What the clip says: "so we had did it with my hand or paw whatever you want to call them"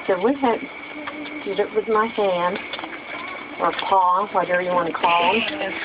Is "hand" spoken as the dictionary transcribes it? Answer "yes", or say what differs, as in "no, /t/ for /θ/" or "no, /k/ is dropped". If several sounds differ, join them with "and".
yes